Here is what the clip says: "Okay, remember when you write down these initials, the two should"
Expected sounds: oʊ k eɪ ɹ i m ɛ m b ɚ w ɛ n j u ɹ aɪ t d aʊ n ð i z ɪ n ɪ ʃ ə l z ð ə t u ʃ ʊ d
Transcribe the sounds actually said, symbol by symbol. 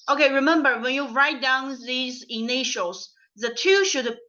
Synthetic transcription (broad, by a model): oʊ k eɪ ɹ i m ɛ m b ɚ w ɛ n j u ɹ aɪ t d aʊ n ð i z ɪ n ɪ ʃ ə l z ð ə t u ʃ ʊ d